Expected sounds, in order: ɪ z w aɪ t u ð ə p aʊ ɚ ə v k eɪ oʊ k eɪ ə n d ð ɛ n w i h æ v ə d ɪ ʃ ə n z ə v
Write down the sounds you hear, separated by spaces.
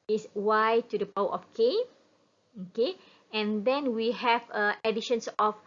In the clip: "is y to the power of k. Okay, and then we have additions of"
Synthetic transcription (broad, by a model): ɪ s w aɪ t u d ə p aʊ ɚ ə f k eɪ oʊ k eɪ ə n d ɛ n w i h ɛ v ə d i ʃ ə n s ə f